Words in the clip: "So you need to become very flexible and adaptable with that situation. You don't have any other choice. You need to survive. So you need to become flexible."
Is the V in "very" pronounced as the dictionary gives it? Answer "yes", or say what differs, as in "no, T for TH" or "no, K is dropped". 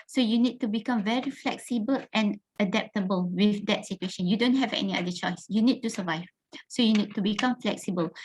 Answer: yes